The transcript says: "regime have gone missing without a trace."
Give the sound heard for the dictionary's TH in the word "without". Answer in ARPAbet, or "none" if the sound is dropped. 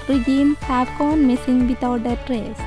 T